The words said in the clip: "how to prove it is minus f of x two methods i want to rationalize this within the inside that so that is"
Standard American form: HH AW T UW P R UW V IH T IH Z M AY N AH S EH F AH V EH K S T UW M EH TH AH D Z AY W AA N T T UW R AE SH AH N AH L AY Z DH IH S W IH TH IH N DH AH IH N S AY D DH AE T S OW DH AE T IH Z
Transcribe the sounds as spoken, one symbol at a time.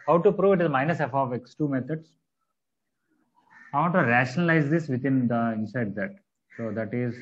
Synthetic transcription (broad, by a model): HH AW T UW P R UW V IH T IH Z M AY N AH S EH F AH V EH K S T UW M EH T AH D S AY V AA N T T UW R AE SH AH N AH L AY Z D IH S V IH T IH N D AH IH N S AY D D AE T S OW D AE T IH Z